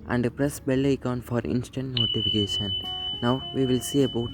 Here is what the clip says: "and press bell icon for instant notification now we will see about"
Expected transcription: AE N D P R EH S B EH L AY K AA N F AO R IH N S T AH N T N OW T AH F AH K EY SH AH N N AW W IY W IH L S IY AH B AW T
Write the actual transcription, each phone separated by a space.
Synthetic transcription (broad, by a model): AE N D P R EH S B EH L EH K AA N F AO R IH N S T AH N T N OW T AH F AH K EY SH AH N N AW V IY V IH L S IY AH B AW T